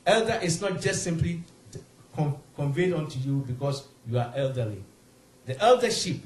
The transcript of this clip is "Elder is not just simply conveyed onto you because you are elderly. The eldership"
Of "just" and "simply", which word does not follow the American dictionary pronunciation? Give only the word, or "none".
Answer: none